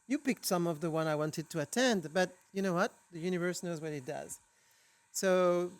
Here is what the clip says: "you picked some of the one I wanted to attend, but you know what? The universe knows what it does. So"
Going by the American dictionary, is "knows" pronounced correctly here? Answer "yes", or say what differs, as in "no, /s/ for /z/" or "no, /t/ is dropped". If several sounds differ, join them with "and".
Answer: yes